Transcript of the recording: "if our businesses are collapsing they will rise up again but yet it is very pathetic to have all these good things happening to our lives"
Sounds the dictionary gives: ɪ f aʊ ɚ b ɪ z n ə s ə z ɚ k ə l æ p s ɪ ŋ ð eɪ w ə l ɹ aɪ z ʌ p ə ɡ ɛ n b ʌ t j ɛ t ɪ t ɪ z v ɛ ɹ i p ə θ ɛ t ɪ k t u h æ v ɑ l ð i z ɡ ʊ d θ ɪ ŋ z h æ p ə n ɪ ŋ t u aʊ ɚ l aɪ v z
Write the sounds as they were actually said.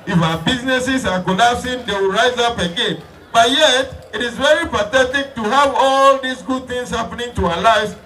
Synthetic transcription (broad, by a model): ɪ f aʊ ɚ b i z n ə s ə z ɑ k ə l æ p s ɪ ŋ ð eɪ w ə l ɹ aɪ z ʌ p ə ɡ ɛ n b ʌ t j ɛ t ɪ t ɪ z v ɛ ɹ i p ə θ ɛ t ɪ k t u h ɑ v ɑ l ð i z ɡ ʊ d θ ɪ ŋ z h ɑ p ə n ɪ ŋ t u aʊ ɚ l aɪ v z